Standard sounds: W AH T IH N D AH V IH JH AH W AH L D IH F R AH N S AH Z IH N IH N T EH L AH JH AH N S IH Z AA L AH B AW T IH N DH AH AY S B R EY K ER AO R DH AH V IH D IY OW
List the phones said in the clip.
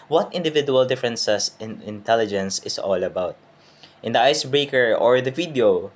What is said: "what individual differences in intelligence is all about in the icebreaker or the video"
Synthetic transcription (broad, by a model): W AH T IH N D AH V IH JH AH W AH L D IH F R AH N S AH S IH N IH N T EH L AH JH AH N S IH S AA L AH B AW T IH N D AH AY S B R EY K ER AO R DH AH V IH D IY OW